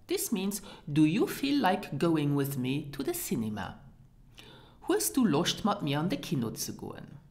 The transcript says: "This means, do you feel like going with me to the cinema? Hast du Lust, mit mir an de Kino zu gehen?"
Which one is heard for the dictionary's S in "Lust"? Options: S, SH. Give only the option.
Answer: SH